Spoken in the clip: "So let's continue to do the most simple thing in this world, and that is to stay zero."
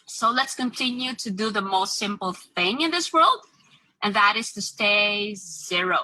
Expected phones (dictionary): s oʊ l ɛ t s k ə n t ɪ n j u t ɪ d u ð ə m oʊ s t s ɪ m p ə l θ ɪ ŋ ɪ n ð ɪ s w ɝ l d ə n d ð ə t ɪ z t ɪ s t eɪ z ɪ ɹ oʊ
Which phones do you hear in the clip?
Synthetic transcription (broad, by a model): s oʊ l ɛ t s k ə n t ɪ n j u t ɪ d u ð ə m oʊ s t s ɪ m p l θ ɪ ŋ ɪ n ð ɪ s w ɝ l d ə n ð ə t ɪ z t ɪ s t eɪ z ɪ ɹ oʊ